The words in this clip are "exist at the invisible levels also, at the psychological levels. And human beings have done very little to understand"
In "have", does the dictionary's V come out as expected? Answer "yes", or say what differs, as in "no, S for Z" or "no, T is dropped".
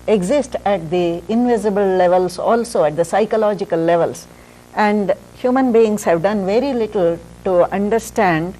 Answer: yes